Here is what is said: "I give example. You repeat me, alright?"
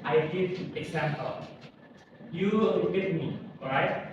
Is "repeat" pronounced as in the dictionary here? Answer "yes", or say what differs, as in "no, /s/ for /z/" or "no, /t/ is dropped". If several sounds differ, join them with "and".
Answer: no, /l/ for /ɹ/